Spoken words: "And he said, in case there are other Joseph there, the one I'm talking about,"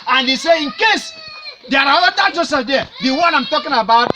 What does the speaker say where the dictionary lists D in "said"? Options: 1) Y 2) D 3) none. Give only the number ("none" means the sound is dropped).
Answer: 3